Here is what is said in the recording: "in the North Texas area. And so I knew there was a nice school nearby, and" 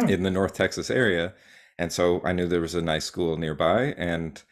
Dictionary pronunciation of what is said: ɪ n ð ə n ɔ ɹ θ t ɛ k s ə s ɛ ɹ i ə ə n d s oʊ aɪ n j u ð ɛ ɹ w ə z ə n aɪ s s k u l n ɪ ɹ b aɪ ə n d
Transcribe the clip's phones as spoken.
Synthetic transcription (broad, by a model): ɪ n ð ə n ɔ ɹ θ t ɛ k s ə s ɛ ɹ i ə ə n s oʊ aɪ n j u ð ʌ ɹ w ə z ə n aɪ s s k u l n ɪ ɹ b aɪ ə n